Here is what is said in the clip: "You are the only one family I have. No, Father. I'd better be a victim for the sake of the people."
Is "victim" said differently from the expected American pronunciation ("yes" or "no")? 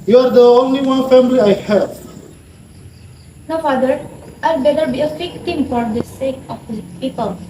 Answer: yes